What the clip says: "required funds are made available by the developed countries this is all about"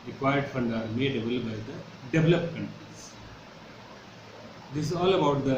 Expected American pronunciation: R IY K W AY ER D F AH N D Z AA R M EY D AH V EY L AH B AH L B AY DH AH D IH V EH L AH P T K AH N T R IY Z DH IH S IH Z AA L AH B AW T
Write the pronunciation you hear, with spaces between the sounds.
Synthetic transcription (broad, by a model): R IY K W AY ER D F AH N D AA R M EY D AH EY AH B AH L B AY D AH D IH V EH L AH P K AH N T R IY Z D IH S IH Z AA L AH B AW T